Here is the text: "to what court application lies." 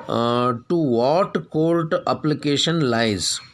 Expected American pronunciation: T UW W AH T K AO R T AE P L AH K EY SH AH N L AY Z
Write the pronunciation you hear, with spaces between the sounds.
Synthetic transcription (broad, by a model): T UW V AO T K AO L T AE P L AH K EY SH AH N L AY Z